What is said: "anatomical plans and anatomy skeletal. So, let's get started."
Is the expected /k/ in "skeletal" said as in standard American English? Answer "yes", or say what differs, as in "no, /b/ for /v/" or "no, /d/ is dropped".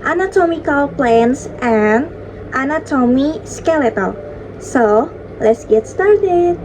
yes